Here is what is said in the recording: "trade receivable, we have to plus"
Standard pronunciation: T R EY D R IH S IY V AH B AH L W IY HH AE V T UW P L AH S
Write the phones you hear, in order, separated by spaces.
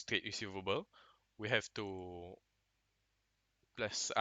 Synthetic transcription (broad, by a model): T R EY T R IH S IY V AH B AH L W IY HH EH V T UW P L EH S